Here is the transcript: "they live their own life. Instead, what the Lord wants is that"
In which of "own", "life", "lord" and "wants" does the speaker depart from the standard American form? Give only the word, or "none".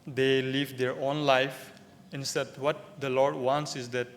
none